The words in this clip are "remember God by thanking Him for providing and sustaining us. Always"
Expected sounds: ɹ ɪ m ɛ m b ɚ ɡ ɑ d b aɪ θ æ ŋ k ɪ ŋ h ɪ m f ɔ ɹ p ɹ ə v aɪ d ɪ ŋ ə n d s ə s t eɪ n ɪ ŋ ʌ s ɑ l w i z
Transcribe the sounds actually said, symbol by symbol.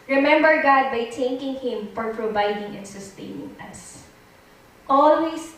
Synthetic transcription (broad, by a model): ɹ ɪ m ɛ m b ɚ ɡ ɑ d b aɪ t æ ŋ k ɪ ŋ h ɪ m f ɔ ɹ p ɹ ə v aɪ d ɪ ŋ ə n s ə s t eɪ n ɪ ŋ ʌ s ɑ l w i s